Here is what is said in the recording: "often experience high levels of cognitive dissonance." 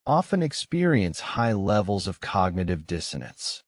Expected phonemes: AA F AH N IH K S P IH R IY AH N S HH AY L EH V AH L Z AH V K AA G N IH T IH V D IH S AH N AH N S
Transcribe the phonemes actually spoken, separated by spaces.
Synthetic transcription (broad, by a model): AA F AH N IH K S P IH R IY AH N S HH AY L EH V L Z AH V K AA G N IH T IH V D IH S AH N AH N S